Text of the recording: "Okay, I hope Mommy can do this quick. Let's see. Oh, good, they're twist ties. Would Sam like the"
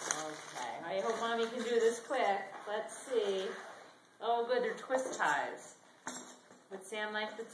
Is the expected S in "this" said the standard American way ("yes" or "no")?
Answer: yes